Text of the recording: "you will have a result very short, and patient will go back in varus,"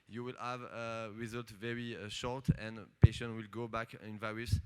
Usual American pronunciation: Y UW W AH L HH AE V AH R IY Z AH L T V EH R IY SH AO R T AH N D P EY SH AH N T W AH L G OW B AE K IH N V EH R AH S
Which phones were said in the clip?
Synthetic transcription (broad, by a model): Y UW W AH L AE V AH R IY Z AH L T V EH R IY SH AO R T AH N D P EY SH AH N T W AH L G OW B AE K IH N V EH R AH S